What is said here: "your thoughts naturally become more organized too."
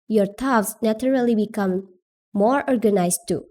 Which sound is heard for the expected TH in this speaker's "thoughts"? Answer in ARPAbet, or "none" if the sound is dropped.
T